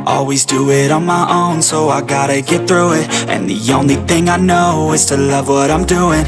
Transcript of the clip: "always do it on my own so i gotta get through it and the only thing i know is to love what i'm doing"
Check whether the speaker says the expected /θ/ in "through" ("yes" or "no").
yes